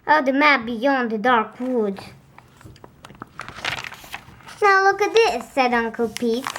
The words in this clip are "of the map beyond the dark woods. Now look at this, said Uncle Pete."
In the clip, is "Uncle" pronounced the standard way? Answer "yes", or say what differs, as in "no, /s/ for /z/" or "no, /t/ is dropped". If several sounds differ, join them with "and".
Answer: yes